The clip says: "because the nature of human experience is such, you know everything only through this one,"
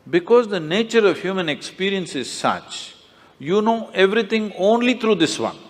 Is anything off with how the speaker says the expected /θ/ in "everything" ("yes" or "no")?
yes